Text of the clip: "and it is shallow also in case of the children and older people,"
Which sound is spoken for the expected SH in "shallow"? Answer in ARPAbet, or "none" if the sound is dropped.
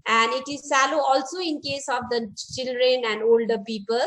S